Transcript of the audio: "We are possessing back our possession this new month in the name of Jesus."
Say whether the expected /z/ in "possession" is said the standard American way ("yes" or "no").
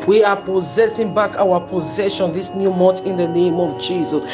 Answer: yes